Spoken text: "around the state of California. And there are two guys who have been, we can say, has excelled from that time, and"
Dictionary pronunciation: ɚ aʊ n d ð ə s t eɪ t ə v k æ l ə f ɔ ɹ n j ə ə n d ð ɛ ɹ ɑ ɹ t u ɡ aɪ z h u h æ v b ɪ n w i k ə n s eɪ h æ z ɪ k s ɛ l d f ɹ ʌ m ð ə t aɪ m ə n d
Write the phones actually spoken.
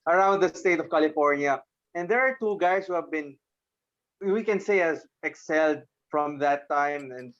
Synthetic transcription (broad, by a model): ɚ aʊ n d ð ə s t eɪ t ə v k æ l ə f ɔ ɹ n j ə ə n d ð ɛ ɹ ɑ ɹ t u ɡ aɪ s h u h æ v b ɪ n w i k ə n s eɪ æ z ɪ k s ɛ l d f ɹ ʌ m ð ə t aɪ m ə n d